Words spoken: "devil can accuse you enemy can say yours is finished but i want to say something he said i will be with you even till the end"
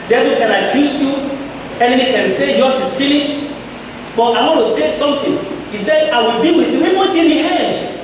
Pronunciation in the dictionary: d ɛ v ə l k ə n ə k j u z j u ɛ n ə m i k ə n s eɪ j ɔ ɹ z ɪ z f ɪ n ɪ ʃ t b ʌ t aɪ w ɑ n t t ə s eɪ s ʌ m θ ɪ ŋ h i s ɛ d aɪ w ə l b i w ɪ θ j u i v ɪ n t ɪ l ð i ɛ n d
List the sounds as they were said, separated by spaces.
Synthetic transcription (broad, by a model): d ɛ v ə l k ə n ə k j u s j u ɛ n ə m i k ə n s eɪ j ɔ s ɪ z f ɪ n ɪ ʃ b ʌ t aɪ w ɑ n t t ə s eɪ s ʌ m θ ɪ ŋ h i s ɛ d aɪ w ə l b i w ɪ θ j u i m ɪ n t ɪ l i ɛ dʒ